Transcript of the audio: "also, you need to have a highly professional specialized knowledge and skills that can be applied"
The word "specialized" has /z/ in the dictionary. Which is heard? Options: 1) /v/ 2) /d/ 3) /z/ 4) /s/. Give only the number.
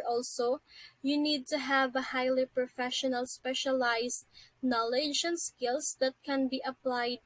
4